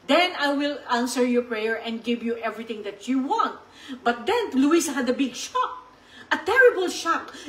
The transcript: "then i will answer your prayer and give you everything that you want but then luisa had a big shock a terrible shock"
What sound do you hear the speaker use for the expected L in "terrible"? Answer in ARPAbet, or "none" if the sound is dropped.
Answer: L